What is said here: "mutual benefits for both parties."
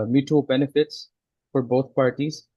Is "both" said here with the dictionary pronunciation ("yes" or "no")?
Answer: no